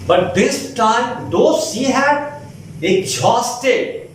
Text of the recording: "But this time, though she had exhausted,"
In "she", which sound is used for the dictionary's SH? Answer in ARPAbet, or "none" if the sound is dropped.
S